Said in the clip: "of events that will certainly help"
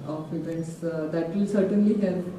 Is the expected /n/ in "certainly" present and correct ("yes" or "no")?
yes